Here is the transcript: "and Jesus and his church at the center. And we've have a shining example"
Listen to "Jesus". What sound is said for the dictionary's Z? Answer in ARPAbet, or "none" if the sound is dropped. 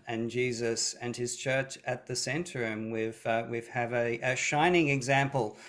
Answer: Z